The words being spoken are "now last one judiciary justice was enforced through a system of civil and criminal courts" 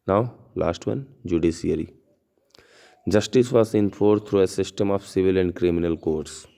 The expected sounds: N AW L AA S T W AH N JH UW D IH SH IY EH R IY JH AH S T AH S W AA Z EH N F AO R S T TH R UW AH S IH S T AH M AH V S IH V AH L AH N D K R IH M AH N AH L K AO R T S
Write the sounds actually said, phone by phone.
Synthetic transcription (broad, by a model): N AW L AA S T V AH N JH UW D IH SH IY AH R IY JH AH S T AH S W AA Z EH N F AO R T R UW AH S IH S T AH M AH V S IH V AH L AH N D K R IH M AH N AH L K AO R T S